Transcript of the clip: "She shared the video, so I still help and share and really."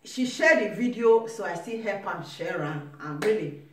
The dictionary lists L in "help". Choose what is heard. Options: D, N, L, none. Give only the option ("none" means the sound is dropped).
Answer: none